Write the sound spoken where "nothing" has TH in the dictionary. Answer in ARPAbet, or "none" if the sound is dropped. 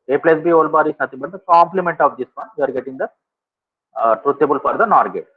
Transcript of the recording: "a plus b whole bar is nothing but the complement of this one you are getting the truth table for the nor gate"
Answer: T